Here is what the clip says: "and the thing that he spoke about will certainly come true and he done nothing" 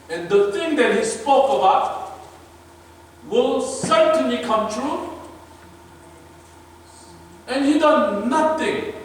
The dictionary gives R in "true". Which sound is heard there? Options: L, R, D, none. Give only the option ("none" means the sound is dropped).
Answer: R